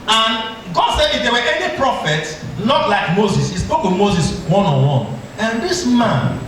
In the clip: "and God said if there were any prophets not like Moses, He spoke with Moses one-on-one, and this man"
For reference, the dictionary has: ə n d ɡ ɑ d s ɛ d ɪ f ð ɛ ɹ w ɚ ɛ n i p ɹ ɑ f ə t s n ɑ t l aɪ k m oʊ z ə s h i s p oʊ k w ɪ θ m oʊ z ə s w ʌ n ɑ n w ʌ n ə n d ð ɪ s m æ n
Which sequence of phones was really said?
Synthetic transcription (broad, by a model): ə n ɡ ɑ d s ɛ d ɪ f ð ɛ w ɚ ɛ n i p ɹ ɑ f ə t s l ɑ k l aɪ k m oʊ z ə s h i s p oʊ k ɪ m oʊ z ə s w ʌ n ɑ w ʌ n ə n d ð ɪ s m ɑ n